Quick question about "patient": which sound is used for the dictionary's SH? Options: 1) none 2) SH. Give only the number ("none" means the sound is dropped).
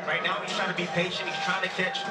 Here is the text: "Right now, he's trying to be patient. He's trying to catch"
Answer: 2